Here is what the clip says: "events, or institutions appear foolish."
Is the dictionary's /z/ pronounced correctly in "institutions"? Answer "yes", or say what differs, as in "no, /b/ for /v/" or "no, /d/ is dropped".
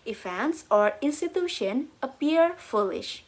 no, /z/ is dropped